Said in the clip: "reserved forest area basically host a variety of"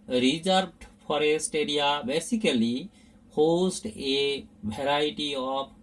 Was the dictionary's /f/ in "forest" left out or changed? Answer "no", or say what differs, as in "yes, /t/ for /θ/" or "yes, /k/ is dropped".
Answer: yes, /p/ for /f/